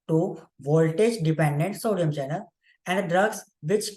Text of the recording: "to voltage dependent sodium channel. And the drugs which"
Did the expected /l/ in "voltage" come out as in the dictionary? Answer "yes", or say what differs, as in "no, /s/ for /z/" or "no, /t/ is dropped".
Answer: yes